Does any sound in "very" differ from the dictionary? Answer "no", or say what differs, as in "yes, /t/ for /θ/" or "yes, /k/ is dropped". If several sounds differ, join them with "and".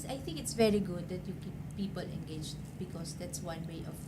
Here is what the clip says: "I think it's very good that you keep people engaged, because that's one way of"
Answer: no